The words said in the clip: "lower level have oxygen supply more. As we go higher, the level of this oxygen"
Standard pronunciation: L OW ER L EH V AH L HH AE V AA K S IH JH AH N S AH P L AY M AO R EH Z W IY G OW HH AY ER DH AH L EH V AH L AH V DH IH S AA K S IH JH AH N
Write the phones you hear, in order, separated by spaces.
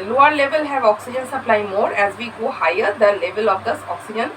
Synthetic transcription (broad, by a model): L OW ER L EH V AH L HH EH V AA K S IH JH AH N S AH P L AY M AO R EH Z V IY G OW HH AY ER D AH L EH V AH L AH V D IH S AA K S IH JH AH N